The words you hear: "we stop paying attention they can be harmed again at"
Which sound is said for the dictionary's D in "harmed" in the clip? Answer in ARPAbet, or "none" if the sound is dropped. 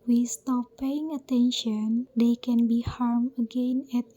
none